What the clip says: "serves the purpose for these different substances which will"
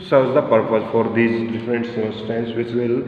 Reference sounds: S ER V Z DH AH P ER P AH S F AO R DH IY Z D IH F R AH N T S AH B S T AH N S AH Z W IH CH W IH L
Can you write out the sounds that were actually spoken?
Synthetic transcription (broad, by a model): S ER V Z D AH P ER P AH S F AO R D IY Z D IH F R AH N T S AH S T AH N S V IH CH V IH L